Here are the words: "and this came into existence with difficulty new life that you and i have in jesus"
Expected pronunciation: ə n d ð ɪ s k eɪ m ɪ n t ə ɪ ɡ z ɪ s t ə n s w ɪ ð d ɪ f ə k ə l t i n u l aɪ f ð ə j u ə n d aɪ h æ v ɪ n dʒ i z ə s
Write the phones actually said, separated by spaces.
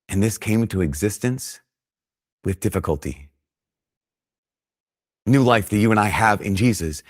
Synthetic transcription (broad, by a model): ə n ð ɪ s k eɪ ɪ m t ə ɪ ɡ z ɪ s t ə n s w ɪ ð d ɪ f ə k ə l t i n u l aɪ f ð ə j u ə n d aɪ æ v ɪ n dʒ i z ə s